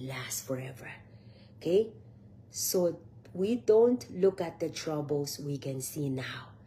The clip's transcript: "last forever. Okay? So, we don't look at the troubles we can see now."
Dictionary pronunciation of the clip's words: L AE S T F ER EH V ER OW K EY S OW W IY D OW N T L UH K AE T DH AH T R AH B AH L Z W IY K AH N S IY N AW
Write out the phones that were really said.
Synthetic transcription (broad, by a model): L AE S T F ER EH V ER OW K EY S OW W IY D OW N T L UH K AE T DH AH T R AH B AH L S W IY K AH N S IY N AW